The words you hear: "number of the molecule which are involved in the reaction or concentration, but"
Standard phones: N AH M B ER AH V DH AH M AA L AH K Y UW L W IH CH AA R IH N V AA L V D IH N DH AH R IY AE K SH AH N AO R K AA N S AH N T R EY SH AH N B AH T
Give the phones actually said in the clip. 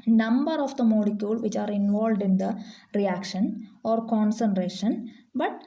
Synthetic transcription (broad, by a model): N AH M B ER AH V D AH M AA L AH K Y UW L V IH CH AA R IH N V AA L V D IH N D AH R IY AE K SH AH N AO R K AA N S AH N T R EY SH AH N B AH T